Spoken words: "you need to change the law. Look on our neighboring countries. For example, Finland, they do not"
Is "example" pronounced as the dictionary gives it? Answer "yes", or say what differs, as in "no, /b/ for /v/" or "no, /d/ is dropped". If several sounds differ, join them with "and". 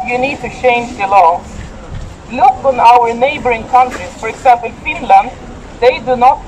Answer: no, /m/ is dropped and /n/ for /l/